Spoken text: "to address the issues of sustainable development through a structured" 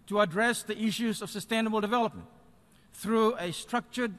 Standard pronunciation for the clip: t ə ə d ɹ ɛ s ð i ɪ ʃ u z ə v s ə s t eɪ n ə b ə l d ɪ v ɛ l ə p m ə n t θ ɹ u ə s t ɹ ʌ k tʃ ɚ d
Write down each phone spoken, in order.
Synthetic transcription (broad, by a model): t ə ə d ɹ ɛ s ð i ɪ ʃ u z ə v s ə s t eɪ n ə b ə l d ɪ v ɛ l ə p m ə n t θ ɹ u ə s t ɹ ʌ k tʃ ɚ d